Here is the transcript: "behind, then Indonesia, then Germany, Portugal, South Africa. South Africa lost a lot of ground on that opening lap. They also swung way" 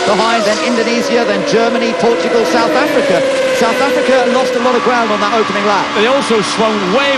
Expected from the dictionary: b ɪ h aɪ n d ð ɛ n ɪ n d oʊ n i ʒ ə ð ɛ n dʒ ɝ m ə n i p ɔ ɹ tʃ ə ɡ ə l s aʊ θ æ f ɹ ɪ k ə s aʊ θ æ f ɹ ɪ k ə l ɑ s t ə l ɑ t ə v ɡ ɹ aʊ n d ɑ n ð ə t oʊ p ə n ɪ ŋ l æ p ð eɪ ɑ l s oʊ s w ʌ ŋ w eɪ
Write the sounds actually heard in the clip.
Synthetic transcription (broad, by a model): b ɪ h aɪ n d ð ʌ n ɪ n d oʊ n i z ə ð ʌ n dʒ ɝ m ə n i p ɔ tʃ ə ɡ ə l s aʊ θ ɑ f ɹ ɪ k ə s aʊ θ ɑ f ɹ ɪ k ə l ɑ s t ə l ɑ t ə v ɡ ɹ aʊ n d n ð ə t oʊ p ə n ɪ ŋ l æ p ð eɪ ɑ l s oʊ s w ʌ ŋ w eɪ